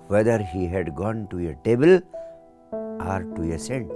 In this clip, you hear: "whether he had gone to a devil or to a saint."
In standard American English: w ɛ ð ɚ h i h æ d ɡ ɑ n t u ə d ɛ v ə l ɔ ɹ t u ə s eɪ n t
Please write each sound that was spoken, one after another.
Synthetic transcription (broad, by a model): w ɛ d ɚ h i h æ d ɡ ɑ n t u ə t ɛ b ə l ɔ ɹ t u ə s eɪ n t